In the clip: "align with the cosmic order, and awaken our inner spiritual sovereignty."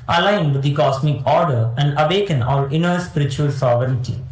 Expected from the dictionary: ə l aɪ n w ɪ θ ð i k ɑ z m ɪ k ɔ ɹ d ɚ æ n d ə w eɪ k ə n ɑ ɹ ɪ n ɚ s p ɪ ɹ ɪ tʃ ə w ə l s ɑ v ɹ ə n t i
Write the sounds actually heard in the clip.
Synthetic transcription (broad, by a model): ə l aɪ n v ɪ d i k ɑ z m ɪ k ɔ ɹ d ɚ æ n d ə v eɪ k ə n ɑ l ɪ n ɚ s p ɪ ɹ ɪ tʃ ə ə l s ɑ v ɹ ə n t i